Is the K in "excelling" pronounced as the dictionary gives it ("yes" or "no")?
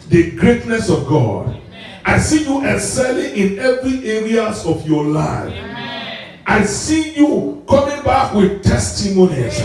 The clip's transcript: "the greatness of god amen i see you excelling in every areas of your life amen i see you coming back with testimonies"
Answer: no